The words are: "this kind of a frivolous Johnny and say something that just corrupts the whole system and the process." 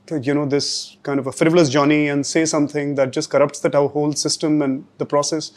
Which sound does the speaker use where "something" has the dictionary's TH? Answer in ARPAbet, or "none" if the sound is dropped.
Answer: T